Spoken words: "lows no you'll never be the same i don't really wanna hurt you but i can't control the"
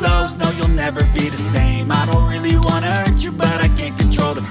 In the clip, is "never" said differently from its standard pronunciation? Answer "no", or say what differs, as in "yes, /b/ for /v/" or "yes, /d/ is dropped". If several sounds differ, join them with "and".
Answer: no